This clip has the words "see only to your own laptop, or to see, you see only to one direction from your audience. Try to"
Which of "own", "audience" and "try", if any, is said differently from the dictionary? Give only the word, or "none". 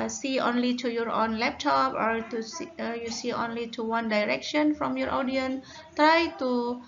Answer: audience